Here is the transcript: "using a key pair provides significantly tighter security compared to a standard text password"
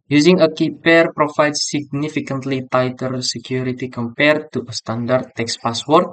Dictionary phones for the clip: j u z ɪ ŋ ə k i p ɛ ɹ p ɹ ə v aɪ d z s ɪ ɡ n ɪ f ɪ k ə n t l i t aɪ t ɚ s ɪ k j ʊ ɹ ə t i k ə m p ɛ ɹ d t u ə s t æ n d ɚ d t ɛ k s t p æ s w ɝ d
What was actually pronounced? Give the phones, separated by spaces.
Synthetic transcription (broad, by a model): j u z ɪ ŋ ə k i p ɛ ɹ p ɹ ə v aɪ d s s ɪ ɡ n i f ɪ k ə n t l i t aɪ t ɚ s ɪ k j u ɹ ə t i k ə m p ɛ ɹ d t u ə s t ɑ n d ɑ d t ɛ k s p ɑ s w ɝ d